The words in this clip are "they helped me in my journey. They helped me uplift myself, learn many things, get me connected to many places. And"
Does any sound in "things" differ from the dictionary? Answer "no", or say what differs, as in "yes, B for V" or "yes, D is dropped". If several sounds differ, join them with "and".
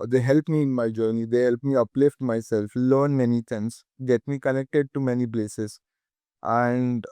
yes, T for TH